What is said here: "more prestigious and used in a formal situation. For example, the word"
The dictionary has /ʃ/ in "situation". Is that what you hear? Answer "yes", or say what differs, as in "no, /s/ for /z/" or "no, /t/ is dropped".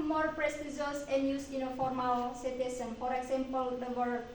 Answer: no, /s/ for /ʃ/